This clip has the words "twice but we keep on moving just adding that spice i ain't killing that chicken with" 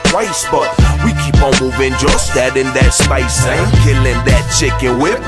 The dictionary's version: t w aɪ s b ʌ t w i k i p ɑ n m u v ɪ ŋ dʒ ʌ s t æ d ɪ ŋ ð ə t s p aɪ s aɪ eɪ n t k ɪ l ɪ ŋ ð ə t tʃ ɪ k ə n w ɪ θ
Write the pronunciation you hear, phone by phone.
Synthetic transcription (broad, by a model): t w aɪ s b ʌ t w i k i p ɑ m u v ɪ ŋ dʒ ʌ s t æ d ɪ ŋ ð ə t s p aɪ s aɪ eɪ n k ɪ l ɪ ŋ ð ə t tʃ ɪ k ə n w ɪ